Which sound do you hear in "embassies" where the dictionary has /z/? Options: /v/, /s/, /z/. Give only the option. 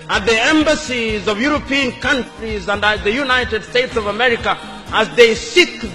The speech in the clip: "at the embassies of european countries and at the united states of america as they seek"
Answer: /z/